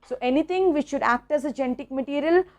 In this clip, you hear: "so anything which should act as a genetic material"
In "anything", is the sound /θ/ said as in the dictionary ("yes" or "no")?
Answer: no